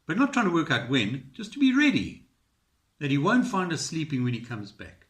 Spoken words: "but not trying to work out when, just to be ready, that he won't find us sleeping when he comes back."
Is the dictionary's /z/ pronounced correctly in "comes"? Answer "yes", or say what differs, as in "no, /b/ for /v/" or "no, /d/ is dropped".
yes